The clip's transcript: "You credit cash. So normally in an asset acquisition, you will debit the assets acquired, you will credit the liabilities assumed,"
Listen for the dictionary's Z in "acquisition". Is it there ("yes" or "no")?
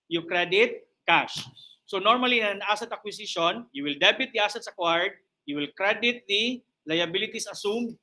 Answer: no